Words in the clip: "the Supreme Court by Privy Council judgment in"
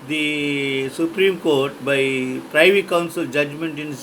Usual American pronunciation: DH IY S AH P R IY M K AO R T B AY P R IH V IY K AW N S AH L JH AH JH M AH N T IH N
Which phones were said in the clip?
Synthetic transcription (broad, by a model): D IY S AH P R IY M K AO R T B AY P R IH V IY K AW N S AH L JH AH JH M AH N T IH N